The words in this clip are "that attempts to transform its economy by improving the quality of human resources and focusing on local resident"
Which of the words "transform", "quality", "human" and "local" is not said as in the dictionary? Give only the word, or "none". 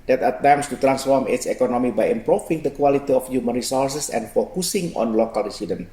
none